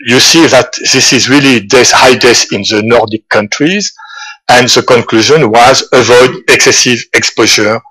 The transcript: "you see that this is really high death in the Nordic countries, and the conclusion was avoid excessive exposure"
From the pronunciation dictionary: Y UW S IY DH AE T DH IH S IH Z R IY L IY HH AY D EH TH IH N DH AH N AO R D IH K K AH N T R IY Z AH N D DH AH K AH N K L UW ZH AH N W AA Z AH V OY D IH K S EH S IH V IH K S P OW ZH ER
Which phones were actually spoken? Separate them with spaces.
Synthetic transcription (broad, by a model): Y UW S IY DH AE T DH IH S IH Z R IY L IY HH AY D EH S IH N DH AH N AO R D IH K K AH N T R IY Z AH N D DH AH K AH N K L UW ZH AH N W AA Z AH V OY D IH K S EH S IH V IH K S P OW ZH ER